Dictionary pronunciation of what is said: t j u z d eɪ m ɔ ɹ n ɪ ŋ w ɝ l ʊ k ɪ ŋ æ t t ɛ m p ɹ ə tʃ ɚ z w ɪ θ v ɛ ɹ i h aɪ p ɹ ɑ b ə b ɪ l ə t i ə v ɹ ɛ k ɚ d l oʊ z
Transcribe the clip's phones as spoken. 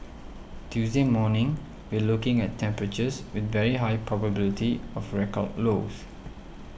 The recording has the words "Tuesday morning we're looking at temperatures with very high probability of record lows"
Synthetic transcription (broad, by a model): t j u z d eɪ m ɔ n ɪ ŋ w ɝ l ʊ k ɪ ŋ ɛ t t ɛ m p ɹ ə tʃ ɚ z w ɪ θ v ɛ ɹ i h aɪ p ɹ ɑ b ə b ɪ l ə t i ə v ɹ ɛ k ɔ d l oʊ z